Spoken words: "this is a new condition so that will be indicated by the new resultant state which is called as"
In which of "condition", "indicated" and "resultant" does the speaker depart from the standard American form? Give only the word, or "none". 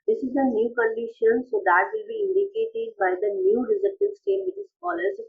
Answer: resultant